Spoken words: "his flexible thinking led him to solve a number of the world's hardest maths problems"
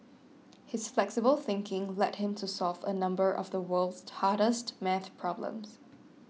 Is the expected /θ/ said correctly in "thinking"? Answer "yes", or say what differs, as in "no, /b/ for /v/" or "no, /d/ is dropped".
yes